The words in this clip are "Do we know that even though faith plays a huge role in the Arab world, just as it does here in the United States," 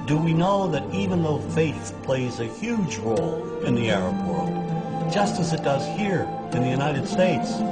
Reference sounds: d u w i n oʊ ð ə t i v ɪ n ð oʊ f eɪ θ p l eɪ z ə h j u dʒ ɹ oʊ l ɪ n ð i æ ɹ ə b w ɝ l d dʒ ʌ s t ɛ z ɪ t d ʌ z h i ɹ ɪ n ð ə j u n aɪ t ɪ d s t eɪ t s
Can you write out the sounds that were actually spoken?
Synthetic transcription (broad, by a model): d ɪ w i n oʊ ð ə t i v ɪ n ð oʊ f eɪ θ p l eɪ z ə h j u dʒ ɹ oʊ l ɪ n ð i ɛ ɹ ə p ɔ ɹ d dʒ ʌ s t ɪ z ɪ t d ʌ z h i ɹ ɪ n ð ə j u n aɪ t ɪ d s t eɪ t s